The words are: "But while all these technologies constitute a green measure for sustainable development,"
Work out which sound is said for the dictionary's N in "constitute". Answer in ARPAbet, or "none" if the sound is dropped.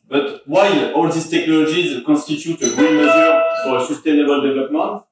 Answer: none